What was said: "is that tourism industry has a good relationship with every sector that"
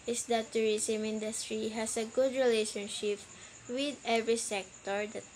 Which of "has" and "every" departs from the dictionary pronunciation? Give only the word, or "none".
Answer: has